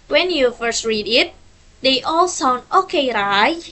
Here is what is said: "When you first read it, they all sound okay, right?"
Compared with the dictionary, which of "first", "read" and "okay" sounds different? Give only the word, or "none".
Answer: none